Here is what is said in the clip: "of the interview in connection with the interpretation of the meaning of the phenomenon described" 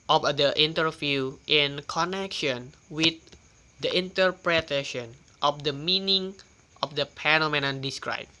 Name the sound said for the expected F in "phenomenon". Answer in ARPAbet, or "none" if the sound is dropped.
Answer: P